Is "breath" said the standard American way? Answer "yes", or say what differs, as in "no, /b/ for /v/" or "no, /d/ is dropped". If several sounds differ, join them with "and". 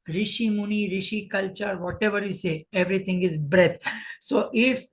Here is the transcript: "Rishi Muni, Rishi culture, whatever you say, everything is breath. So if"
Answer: no, /t/ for /θ/